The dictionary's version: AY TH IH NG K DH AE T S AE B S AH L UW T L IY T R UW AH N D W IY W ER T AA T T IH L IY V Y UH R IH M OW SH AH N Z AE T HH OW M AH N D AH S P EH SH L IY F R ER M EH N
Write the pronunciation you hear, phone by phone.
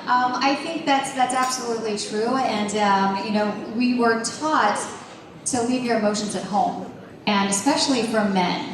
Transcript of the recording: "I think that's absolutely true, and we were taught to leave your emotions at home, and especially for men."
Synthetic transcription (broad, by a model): AY TH IH NG K DH AE T S AE B S AH L UW T L IY T R UW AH N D W IY W ER T AA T T IH L IY V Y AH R IH M OW SH AH N Z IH T HH OW M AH N AH S P EH SH L IY F R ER M EH N